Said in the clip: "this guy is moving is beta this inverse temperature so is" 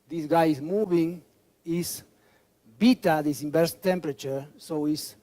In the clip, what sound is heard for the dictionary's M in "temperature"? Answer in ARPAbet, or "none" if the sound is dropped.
M